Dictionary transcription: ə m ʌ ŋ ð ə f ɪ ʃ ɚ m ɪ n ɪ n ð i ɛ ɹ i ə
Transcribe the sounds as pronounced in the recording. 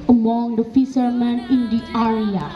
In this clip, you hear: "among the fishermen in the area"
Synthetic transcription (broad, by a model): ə m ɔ ŋ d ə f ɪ s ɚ m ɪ n ɪ n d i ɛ ɹ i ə